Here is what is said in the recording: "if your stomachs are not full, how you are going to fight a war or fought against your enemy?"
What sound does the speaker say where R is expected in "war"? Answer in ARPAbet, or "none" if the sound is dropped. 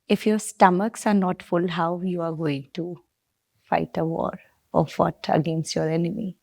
R